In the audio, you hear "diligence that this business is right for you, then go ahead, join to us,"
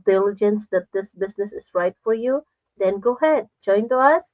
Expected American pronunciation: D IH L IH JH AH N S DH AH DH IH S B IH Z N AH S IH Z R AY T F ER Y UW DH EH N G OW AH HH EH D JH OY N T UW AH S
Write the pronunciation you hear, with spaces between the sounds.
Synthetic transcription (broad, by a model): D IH L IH JH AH N S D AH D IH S B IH S N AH S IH S R AY T F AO Y UW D EH N G OW HH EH D JH OY N T UW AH S